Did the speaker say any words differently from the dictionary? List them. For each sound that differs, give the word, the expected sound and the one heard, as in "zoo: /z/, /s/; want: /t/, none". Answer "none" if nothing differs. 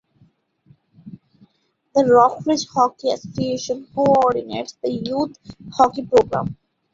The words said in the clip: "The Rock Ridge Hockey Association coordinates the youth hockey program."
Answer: youth: /θ/, /t/